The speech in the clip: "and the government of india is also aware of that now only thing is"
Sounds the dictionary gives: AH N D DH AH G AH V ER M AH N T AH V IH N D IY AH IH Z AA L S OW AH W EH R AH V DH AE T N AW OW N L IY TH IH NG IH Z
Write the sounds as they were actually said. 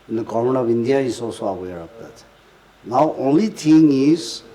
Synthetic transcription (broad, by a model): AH N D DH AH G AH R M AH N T AH V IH N D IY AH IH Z AA L S OW AH W EH R AH V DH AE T N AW OW N L IY T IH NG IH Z